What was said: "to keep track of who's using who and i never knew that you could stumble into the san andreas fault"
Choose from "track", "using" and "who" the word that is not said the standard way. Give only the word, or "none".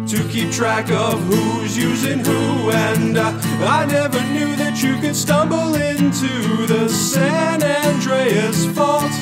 none